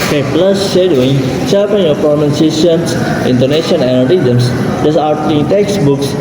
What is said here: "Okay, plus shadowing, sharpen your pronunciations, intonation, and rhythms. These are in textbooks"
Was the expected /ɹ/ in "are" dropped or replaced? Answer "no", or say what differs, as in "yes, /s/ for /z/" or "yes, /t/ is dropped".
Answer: yes, /l/ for /ɹ/